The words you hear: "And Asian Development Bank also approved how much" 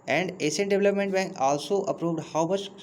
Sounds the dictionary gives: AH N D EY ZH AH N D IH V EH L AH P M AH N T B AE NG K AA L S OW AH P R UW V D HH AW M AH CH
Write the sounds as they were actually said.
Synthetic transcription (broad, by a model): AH N D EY S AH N D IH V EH L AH P M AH N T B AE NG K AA L S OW AH P R UW V D HH AW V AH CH